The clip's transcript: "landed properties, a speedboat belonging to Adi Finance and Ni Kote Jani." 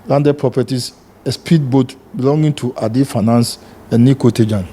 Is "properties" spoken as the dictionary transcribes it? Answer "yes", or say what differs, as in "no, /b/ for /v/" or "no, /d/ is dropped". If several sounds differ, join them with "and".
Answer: no, /s/ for /z/